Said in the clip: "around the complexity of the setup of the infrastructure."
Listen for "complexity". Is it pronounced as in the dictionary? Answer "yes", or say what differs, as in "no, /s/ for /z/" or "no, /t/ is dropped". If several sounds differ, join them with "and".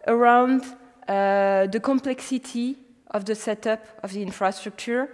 yes